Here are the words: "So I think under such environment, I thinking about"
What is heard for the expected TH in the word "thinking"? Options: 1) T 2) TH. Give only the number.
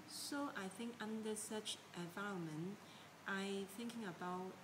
2